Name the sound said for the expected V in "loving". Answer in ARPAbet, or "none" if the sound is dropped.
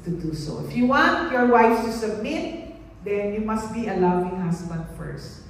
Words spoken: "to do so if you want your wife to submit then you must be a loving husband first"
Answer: W